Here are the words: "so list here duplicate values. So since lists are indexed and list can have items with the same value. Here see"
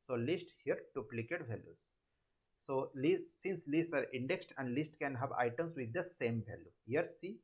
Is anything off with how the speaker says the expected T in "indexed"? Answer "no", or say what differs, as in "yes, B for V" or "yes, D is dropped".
no